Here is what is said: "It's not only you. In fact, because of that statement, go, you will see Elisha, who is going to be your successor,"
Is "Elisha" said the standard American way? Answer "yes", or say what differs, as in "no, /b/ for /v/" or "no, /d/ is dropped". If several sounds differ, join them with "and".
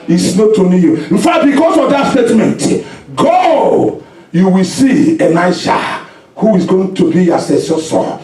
no, /n/ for /l/